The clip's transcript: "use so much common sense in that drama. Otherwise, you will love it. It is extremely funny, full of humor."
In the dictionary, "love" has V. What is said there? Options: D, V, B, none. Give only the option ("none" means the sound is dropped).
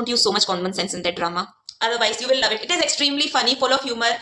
V